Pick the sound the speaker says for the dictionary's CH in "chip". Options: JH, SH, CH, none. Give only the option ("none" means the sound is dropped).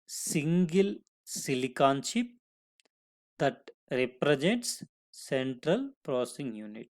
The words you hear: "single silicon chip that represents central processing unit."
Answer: SH